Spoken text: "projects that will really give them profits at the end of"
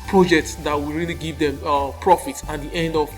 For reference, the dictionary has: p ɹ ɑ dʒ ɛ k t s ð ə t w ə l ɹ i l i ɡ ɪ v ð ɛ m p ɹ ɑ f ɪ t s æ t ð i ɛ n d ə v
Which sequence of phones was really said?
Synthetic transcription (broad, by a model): p ɹ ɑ dʒ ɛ k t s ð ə t w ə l ɹ i l i ɡ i v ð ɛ m p ɹ ɑ f ɪ t s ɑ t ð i ɛ n d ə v